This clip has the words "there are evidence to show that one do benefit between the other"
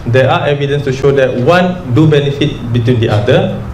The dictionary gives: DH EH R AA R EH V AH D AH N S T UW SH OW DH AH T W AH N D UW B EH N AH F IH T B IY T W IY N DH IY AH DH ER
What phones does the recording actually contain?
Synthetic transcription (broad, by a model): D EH AA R EH V AH D AH N S T UW SH OW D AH T W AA N D UW B EH N AH F IH T B IY T W IY N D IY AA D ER